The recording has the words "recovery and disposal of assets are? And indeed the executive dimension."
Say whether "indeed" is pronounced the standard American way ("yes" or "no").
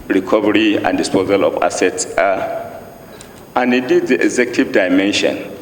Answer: no